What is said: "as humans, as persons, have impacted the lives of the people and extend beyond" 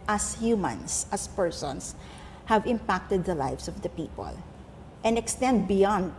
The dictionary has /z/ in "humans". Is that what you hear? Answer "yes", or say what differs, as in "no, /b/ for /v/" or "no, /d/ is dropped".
no, /s/ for /z/